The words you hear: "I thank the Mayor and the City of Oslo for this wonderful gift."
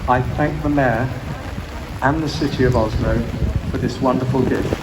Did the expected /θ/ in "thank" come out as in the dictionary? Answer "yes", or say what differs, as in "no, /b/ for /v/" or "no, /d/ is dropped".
yes